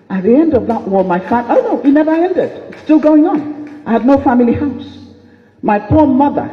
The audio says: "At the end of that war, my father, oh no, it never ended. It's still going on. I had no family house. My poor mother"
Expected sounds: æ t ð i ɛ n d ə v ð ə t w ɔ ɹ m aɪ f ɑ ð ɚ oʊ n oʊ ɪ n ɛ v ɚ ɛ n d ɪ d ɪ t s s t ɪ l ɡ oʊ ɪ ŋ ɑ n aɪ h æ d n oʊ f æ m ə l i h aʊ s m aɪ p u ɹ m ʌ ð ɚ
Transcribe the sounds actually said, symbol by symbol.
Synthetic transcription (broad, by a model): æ t ð i ɛ n d ə v ð ə t w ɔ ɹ m aɪ f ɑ ɑ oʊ n oʊ ɪ n ɛ v ɚ ɛ n d ɪ d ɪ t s s t ɪ l ɡ oʊ ɪ ŋ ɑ n aɪ h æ d n oʊ f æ m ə l i h aʊ s m aɪ p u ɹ m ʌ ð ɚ